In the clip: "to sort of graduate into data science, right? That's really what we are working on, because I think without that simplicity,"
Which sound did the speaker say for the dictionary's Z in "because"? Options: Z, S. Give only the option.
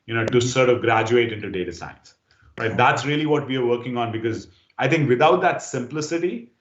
Z